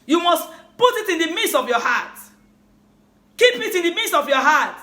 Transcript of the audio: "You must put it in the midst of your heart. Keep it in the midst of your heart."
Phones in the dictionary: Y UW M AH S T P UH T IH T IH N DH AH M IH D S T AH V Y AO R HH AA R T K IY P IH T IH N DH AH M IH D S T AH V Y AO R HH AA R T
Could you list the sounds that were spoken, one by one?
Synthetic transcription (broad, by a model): Y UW M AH S T P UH T IH T IH N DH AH M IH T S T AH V Y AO HH AA T K IY P IH T IH N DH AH M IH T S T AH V Y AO HH AA T